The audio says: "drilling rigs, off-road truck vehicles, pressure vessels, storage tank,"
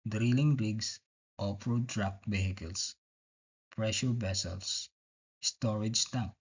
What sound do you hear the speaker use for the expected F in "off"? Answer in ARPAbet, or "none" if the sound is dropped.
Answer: P